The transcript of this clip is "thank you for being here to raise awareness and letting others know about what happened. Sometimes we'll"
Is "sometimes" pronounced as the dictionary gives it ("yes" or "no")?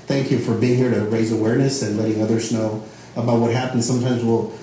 yes